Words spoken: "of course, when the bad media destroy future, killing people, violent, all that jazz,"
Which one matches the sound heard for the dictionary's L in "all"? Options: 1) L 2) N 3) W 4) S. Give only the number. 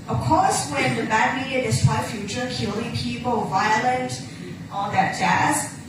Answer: 2